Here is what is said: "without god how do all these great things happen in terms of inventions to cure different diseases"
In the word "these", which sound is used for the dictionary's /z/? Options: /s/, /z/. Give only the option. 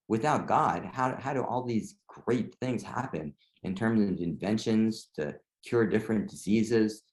/z/